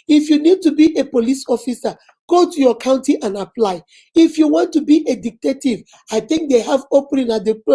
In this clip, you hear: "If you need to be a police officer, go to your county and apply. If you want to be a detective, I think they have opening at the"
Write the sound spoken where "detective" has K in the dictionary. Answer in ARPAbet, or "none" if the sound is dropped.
none